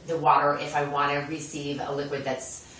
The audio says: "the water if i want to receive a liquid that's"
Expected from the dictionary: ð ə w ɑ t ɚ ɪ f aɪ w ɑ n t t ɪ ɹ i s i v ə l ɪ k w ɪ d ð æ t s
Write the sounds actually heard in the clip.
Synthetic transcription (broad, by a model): ð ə w ɑ t ɚ ɪ f aɪ w ɑ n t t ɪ ɹ i s i v ə l ɪ k w ɪ d ð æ t s